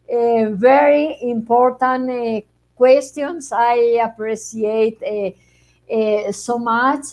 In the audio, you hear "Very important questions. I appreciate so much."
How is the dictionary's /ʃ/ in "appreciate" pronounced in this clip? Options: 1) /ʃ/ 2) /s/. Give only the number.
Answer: 2